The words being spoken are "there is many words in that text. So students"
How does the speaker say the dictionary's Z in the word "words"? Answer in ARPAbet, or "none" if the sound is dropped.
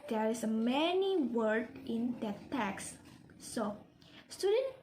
none